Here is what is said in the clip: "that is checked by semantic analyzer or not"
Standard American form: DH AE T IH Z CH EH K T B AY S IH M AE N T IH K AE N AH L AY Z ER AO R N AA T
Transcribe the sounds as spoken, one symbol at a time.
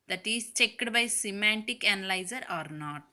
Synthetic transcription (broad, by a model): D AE T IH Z CH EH K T B AY S IH M AE N T IH K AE N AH L AY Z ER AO R N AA T